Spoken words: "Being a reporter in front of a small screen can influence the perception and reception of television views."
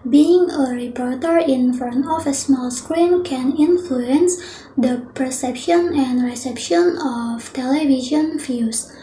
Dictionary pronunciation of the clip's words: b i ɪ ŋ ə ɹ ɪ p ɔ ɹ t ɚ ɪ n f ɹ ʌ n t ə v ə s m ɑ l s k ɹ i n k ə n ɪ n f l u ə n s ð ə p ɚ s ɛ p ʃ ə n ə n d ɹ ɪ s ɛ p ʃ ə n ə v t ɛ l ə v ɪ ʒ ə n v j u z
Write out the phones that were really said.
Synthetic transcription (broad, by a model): b i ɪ ŋ ə ɹ ɪ p ɔ ɹ t ɚ ɪ n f ʌ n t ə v ə s m ɑ l s k ɹ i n k ə n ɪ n f l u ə n s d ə p ɚ s ɛ p ʃ ə n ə n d ɹ ɪ s ɛ p ʃ ə n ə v t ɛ l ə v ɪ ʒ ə n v j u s